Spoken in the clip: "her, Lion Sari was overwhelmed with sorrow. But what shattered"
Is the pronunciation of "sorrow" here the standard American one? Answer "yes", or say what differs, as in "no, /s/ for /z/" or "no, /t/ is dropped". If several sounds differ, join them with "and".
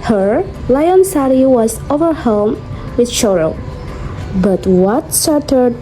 no, /ʃ/ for /s/